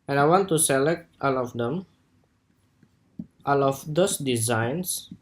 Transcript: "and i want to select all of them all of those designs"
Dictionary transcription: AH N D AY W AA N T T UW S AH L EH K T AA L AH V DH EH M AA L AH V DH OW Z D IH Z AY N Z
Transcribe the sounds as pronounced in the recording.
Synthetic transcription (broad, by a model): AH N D AY W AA N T T UW S AH L EH K T AA L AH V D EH M AA L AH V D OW S D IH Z AY N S